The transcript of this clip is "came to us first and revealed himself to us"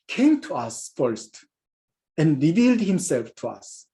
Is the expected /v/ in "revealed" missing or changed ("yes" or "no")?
no